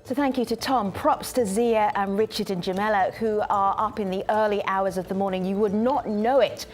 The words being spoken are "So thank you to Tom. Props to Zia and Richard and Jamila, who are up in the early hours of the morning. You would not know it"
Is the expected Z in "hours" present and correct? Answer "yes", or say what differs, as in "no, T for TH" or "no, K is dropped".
yes